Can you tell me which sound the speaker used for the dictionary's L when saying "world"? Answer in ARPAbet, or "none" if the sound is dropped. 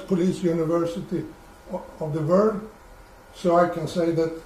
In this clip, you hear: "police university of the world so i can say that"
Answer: none